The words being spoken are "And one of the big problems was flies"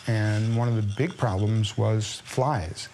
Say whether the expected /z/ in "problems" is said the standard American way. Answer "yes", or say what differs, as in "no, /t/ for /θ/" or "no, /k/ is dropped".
yes